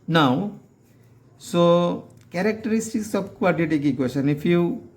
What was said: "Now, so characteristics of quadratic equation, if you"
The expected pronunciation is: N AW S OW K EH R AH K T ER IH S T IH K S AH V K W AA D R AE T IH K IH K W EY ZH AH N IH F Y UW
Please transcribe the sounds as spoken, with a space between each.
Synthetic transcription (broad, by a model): N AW S OW K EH R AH K T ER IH S T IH K S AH B K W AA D IY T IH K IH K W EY S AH N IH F Y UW